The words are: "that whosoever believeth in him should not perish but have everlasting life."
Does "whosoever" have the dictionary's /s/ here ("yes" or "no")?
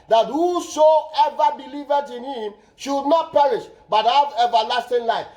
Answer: no